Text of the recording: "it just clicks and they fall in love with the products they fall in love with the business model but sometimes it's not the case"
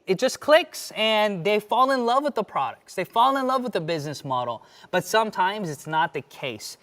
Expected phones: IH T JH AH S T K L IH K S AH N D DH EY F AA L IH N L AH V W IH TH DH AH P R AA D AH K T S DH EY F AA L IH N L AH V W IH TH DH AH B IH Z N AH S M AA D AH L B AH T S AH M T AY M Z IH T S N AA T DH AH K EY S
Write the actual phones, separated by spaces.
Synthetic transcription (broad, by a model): IH T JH AH S K L IH K S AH N DH EY F AA L IH N L AH V W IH DH AH P R AA D AH K T S DH EY F AA L IH N L AH V W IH DH AH B IH Z N AH S M AA D L B AH T S AH M T AY M Z IH T S N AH T DH AH K EY S